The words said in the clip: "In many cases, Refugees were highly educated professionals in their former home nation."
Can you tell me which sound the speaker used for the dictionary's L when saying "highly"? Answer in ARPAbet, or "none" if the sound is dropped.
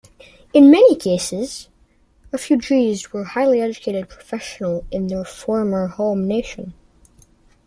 L